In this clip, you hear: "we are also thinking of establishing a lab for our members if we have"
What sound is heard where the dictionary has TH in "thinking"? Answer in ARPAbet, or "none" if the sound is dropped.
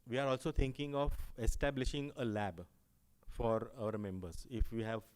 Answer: T